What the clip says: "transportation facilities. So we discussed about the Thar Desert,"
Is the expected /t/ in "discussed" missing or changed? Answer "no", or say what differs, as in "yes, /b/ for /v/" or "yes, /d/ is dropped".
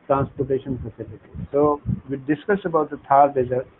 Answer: yes, /t/ is dropped